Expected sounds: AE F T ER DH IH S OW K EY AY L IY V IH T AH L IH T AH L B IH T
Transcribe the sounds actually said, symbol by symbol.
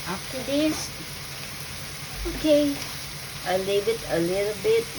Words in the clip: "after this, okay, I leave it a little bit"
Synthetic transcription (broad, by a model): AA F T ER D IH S OW K EY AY L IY B IH T AH L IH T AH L B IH T